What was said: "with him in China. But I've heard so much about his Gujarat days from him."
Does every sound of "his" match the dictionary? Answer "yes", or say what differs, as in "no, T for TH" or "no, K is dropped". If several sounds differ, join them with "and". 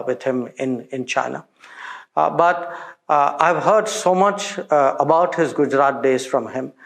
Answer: yes